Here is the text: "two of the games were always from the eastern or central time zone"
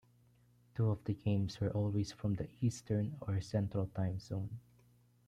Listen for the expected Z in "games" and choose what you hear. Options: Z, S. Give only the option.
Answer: S